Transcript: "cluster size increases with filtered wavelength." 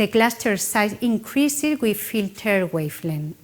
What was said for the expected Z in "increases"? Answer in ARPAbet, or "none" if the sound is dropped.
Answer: none